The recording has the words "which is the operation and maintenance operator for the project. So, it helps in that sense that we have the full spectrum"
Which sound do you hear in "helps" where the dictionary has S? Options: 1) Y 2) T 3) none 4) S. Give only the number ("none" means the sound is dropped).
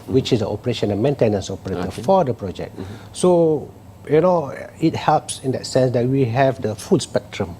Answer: 4